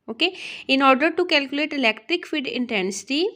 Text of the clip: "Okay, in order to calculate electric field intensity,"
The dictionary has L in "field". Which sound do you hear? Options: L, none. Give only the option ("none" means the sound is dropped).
none